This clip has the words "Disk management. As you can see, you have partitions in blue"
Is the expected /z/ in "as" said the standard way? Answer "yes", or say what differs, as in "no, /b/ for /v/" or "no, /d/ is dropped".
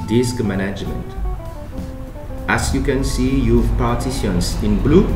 no, /s/ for /z/